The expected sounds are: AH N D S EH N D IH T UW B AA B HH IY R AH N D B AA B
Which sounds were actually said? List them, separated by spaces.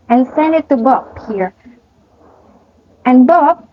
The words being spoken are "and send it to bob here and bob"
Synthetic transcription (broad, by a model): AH N S EH N D IH T UW B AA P HH IY R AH N B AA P